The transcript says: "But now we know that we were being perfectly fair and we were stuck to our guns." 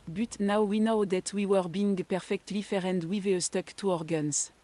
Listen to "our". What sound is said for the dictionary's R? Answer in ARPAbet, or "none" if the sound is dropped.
R